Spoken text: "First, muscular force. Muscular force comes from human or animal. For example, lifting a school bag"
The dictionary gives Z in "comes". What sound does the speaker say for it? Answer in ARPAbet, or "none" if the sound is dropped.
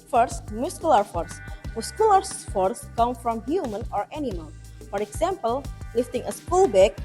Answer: none